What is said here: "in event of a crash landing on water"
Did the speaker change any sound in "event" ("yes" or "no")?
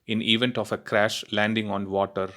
no